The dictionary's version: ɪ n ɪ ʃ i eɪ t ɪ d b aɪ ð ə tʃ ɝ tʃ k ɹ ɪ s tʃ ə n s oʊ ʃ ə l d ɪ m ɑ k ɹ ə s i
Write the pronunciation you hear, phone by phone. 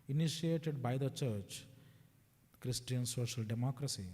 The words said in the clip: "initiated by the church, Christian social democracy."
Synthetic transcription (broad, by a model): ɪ n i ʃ i eɪ t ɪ d b aɪ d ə tʃ ɝ tʃ k ɹ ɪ s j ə n s oʊ ʃ ə l d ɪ m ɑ k ɹ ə s i